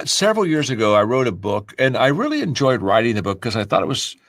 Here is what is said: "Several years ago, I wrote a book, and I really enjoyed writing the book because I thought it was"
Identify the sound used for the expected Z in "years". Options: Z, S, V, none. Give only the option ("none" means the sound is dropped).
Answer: Z